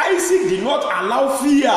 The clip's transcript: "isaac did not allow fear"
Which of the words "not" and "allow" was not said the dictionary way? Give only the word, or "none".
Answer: none